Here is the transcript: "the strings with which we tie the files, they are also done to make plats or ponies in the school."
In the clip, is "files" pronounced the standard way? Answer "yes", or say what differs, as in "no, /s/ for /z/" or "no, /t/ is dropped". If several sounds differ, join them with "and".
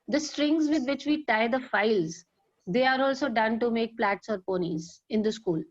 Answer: yes